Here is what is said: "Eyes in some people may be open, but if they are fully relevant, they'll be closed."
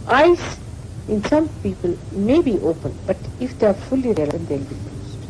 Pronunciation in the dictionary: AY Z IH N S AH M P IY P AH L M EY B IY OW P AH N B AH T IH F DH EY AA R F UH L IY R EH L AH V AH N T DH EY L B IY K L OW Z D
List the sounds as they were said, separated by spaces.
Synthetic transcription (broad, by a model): AY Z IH N S AH M P IY P AH L M EY B IY OW P AH N B AH T IH F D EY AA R F UH L IY R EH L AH AH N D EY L B IY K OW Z